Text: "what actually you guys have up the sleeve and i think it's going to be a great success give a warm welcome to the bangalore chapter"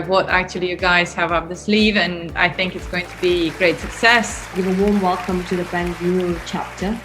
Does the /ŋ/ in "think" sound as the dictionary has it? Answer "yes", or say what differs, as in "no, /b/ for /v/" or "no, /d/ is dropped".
yes